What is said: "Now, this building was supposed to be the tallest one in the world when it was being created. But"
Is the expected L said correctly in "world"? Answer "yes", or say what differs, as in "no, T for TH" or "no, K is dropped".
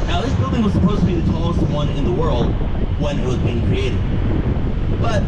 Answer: yes